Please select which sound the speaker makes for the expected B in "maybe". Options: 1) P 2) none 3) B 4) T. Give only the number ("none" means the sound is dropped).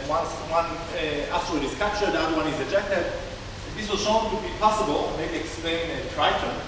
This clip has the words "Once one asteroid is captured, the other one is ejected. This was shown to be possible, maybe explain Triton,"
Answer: 2